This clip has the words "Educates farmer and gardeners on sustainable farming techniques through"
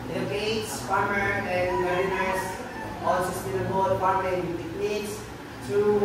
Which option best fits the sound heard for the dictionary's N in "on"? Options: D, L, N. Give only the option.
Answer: L